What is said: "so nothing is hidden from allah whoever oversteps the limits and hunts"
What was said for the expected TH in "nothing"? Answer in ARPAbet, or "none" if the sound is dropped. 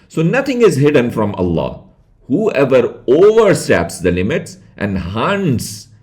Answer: T